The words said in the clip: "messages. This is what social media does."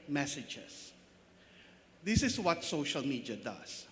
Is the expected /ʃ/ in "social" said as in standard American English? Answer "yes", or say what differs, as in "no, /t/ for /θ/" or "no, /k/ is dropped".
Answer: yes